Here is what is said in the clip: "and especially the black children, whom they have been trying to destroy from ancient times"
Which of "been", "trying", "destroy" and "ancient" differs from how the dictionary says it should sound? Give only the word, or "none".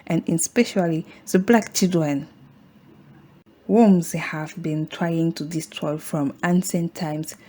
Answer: ancient